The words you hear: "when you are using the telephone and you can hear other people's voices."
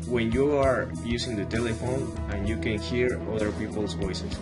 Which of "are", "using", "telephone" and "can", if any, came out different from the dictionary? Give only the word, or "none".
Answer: using